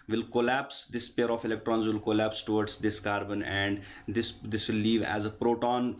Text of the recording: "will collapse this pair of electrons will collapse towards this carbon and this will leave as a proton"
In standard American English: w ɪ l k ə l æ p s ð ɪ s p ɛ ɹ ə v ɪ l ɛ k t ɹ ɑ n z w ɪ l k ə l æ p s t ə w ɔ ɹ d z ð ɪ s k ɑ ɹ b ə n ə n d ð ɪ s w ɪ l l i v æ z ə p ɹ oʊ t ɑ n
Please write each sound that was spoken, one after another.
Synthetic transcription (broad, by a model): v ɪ l k ə l æ p s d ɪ s p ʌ ɹ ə f ɪ l ɛ k t ɹ ɑ n z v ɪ l k ə l æ p s t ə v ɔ ɹ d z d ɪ s k ɑ ɹ b ə n ə n d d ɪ s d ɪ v l i v æ z ə p ɹ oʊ t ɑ n